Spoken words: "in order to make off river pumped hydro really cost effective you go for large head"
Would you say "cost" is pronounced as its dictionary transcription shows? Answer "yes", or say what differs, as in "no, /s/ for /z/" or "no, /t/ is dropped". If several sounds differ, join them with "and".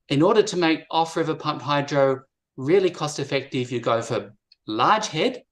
yes